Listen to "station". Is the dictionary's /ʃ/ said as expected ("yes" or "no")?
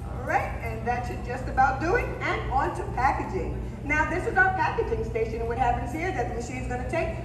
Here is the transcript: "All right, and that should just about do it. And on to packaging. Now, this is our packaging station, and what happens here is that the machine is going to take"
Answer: no